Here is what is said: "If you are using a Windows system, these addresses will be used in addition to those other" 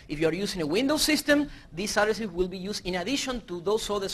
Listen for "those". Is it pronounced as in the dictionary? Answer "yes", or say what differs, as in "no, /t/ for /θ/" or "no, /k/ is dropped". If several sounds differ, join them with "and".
no, /s/ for /z/